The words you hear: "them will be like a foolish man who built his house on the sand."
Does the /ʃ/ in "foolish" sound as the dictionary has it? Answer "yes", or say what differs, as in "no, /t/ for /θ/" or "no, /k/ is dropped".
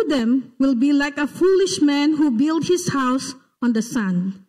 yes